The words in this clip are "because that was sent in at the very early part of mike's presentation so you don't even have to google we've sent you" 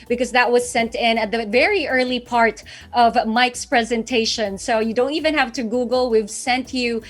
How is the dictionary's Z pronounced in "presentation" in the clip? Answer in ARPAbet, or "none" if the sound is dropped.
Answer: Z